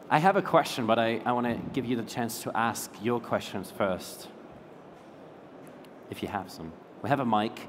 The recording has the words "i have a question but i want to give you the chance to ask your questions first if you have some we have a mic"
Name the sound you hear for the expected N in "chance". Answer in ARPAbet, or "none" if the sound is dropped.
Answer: N